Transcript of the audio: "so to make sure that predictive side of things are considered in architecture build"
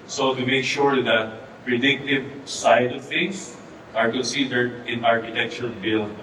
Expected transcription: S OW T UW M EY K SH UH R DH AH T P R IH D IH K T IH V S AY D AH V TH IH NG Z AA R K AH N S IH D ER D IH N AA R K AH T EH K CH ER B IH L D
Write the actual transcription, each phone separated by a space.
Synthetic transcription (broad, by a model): S OW T UW M EY K SH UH R DH AH T P R IH D IH K T IH V S AY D AH V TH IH NG S AA R K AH N S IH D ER D IH N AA R K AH T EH K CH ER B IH L